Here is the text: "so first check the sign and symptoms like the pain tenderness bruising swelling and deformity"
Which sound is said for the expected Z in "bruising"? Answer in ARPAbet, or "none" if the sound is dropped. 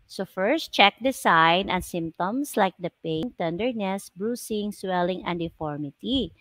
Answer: S